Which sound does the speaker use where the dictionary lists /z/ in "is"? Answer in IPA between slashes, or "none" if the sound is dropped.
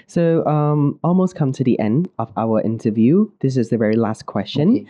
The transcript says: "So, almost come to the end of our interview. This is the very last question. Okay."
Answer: /z/